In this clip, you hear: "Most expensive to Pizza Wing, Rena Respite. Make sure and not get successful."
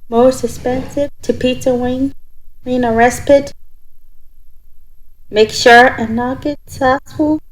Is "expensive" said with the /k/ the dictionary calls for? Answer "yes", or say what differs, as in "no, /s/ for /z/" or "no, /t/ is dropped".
no, /k/ is dropped